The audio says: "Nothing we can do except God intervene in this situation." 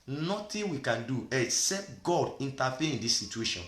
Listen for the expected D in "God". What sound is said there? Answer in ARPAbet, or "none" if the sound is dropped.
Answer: D